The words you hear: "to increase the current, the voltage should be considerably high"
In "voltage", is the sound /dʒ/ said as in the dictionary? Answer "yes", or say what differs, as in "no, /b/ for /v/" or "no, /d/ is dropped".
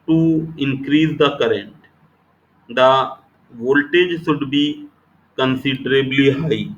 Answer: yes